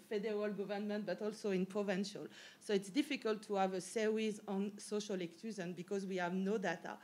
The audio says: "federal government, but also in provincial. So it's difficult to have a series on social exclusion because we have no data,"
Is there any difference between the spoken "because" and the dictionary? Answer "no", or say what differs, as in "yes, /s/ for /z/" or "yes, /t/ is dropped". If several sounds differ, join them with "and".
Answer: no